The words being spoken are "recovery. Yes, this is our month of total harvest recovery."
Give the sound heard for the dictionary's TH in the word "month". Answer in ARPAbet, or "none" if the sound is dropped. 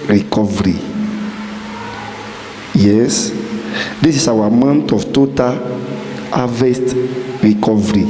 T